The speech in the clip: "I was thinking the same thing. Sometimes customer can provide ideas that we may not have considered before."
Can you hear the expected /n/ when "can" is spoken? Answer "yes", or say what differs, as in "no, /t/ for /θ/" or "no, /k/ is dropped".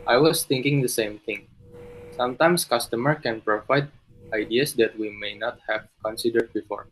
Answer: yes